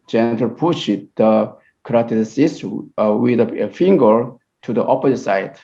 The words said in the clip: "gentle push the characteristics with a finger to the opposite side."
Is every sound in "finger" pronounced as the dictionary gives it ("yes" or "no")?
yes